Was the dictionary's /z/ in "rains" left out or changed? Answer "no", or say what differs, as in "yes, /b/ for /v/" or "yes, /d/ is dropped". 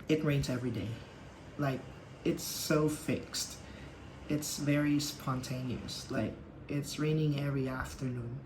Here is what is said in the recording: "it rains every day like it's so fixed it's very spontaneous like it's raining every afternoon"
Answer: no